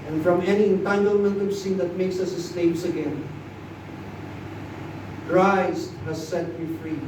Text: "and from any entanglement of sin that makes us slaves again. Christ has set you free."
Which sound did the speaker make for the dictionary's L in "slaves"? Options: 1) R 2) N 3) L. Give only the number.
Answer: 2